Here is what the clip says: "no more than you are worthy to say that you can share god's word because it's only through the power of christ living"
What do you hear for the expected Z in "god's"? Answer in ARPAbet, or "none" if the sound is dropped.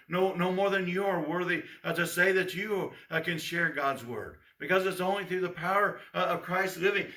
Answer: Z